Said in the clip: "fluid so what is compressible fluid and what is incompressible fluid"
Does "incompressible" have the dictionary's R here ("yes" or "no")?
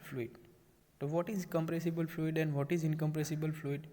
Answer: yes